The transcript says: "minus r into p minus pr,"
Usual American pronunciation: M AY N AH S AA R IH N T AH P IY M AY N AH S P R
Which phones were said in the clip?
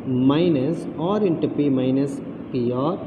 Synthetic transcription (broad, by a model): M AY N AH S AA R IH N T AH P IY M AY N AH S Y R